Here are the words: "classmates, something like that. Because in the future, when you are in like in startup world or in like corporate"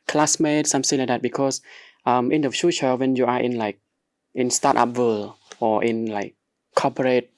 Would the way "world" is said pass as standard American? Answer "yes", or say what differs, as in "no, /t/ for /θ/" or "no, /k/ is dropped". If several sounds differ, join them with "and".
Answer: no, /d/ is dropped